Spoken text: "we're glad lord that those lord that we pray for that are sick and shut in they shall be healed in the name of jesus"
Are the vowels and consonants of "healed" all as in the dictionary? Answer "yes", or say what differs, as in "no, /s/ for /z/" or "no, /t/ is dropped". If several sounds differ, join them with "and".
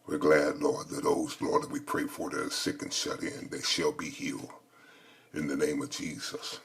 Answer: no, /d/ is dropped